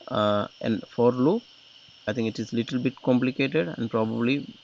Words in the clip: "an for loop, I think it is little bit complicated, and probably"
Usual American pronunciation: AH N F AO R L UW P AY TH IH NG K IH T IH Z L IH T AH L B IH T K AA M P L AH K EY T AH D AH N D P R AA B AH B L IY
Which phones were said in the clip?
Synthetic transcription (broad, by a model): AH N F AO R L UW AY T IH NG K IH T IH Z L IH T AH L B IH T K AA M P L AH K EY T AH D AH N D P R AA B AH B L IY